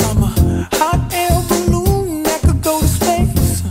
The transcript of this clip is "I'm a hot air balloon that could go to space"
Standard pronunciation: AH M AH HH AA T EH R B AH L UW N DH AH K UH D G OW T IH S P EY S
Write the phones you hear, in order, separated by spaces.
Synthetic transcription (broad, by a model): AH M AH HH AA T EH L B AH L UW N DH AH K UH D G OW T IH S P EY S